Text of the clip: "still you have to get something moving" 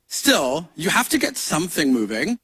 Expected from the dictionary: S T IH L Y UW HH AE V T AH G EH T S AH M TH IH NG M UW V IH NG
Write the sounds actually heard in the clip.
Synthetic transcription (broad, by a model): S T IH L Y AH HH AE F T AH G EH T S AH M TH IH NG M UW V IH NG